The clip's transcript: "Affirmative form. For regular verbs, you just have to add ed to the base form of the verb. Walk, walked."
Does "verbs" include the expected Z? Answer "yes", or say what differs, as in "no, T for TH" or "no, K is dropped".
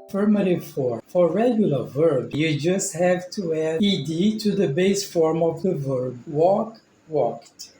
no, Z is dropped